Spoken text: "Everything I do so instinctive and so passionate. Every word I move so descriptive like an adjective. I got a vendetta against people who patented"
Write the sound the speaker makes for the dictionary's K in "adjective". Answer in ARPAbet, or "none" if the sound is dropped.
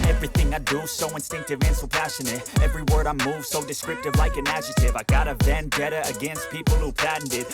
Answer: none